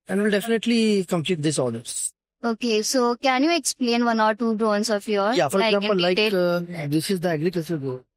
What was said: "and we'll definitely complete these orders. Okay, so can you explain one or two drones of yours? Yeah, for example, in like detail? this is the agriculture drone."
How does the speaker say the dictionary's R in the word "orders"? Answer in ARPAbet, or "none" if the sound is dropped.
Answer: L